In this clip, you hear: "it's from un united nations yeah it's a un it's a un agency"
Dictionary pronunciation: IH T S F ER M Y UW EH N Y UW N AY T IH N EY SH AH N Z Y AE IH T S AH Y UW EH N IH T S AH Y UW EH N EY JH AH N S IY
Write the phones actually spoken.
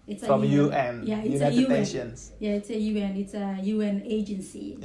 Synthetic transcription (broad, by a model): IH T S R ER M Y UW EH N Y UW IH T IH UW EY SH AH N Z Y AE IH T S AH Y UW EH N IH T S AH Y UW EH N EY JH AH N S IY